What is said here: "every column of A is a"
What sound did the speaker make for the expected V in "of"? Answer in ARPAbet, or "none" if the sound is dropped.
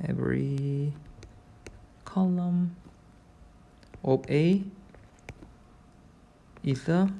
P